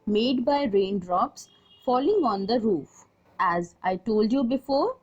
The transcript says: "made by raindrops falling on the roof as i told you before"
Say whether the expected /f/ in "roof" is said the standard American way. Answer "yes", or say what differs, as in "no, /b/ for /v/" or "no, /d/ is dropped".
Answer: yes